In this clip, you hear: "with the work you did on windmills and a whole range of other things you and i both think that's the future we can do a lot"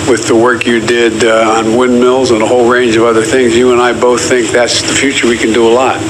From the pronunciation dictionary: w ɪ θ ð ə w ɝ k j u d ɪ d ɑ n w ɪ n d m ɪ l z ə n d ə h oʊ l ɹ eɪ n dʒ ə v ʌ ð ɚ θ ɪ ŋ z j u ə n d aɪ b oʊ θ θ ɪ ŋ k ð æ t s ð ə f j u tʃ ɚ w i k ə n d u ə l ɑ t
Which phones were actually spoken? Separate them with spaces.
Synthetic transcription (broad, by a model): w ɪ ð ə w ɝ k j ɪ d ɪ d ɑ n w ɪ n m ɪ l z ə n ə h oʊ l ɹ eɪ n dʒ ə v ʌ ð ɚ θ ɪ ŋ z j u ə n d aɪ b oʊ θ θ ɪ ŋ k ð æ t s ð ə f j u tʃ ɚ w i k ə n d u ə l ɑ t